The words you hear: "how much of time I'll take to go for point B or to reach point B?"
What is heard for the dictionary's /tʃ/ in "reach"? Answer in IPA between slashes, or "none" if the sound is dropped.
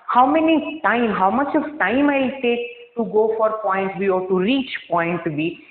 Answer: /tʃ/